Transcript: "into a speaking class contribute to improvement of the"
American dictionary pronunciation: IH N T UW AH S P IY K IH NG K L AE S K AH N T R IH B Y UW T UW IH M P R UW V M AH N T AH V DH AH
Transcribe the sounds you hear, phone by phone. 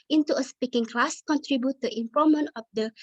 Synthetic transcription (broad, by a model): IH N T UW AH S P IY K IH NG K L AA S K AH N T R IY B Y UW T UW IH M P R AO M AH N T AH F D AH